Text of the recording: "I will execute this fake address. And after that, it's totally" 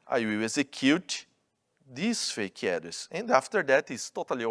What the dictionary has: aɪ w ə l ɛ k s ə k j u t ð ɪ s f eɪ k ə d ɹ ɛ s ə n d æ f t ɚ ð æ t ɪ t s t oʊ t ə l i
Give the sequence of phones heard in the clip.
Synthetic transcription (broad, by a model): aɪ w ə w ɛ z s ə k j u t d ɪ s f eɪ k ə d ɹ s ə n d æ f t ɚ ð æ t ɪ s t oʊ t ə l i